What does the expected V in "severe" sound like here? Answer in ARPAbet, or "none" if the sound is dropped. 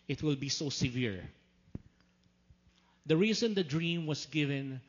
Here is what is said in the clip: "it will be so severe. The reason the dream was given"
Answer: V